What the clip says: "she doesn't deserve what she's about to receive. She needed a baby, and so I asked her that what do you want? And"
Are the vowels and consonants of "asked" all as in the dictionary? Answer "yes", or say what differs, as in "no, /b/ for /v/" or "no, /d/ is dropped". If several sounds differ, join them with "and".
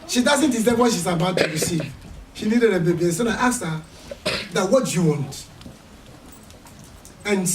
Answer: no, /s/ is dropped